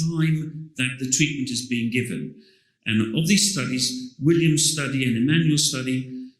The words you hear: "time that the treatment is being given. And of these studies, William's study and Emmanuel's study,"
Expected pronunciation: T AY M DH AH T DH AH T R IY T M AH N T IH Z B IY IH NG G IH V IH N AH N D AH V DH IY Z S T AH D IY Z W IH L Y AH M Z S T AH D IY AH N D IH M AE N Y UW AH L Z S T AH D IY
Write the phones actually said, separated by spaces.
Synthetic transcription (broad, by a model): AY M DH AH T DH AH T R IY T M AH N T IH Z B IY IH NG G IH V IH N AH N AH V DH IY Z S T AH D IY Z W IH L Y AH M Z S T AH D IY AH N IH M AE N Y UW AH L S T AH D IY